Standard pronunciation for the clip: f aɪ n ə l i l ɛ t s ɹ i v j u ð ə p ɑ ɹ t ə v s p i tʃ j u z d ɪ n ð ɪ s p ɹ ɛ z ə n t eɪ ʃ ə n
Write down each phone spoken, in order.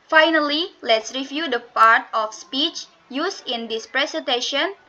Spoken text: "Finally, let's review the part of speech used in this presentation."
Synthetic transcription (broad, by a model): f aɪ n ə l i l ɛ t s ɹ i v j u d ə p ɑ ɹ t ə f s p i tʃ j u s ɪ n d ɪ s p ɹ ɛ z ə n t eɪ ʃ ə n